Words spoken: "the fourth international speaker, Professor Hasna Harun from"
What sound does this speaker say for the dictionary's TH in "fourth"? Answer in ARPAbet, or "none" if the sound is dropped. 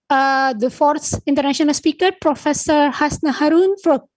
S